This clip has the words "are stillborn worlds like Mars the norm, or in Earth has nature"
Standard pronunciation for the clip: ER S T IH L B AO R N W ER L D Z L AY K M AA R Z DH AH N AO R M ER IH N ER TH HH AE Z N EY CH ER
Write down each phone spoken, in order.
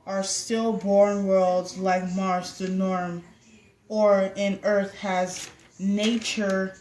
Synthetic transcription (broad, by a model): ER S T IH L B AO R N W ER L D Z L AY K M AA R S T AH N AO R M ER IH N ER TH HH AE Z N EY CH ER